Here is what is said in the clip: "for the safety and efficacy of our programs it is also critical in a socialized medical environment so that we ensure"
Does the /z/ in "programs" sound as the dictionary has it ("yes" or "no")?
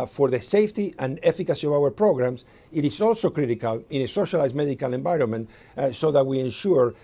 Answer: no